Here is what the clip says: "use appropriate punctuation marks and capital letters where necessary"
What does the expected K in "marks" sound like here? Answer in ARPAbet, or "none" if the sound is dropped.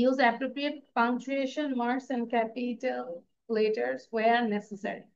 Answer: none